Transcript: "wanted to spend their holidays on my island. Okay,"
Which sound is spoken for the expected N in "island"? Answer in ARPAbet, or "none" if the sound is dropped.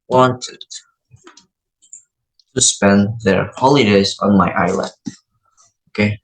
none